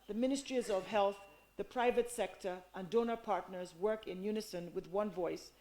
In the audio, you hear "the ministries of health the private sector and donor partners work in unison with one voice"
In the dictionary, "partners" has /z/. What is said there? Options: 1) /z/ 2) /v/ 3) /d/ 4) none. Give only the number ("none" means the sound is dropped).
1